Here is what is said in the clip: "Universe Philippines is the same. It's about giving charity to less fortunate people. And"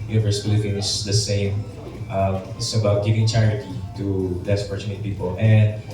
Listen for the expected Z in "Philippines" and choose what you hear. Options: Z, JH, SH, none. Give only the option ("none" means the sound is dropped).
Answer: none